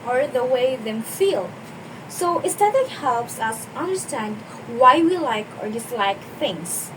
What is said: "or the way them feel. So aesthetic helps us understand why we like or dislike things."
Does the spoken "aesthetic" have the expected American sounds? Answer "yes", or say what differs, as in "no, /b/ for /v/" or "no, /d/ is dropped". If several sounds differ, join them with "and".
no, /t/ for /θ/